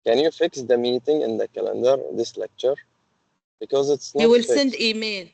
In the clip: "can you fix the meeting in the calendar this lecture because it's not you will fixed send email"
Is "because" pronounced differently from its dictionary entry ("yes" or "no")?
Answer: no